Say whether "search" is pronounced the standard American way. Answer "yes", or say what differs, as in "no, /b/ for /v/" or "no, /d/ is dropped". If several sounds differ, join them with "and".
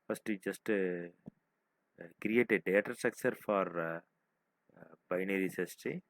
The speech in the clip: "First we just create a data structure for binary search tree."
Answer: no, /s/ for /tʃ/